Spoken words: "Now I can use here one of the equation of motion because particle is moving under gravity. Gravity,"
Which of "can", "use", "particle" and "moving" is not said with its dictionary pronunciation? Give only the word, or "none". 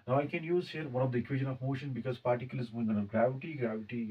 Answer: moving